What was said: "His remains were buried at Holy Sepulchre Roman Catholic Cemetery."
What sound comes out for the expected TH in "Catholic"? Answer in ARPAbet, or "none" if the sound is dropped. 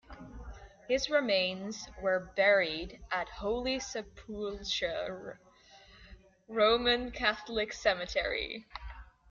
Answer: TH